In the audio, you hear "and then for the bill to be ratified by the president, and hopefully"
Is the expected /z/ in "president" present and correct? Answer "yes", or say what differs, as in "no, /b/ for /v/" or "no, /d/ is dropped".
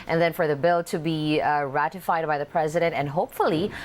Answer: yes